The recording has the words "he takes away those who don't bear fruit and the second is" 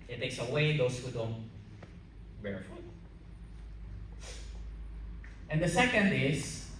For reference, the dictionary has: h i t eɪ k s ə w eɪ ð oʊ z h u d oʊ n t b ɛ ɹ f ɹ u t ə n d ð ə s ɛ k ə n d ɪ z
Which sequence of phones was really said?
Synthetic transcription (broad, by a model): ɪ t eɪ k s ə w eɪ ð oʊ s h u d oʊ n t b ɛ ɹ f u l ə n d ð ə s ɛ k ə n d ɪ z